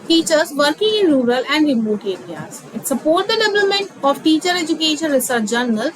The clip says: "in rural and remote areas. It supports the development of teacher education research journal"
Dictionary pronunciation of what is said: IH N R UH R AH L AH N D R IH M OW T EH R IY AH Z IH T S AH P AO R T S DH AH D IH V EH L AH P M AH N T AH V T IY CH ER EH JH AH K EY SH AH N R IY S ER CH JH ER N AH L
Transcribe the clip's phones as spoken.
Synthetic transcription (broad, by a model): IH N R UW R AH L AH N D R IH M OW T EH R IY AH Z IH T S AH P AO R T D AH D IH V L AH M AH N T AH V T IY CH ER EH JH AH K EY SH AH N R IY S ER CH JH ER N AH L